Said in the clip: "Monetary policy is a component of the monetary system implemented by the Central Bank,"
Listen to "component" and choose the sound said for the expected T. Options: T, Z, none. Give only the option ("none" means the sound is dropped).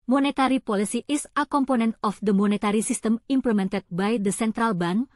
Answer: T